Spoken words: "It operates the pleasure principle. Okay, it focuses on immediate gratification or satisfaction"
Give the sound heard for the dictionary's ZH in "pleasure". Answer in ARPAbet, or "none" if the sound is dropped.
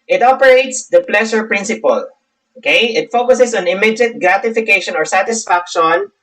SH